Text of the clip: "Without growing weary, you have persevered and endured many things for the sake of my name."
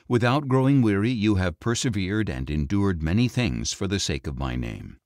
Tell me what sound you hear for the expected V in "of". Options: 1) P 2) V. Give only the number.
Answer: 2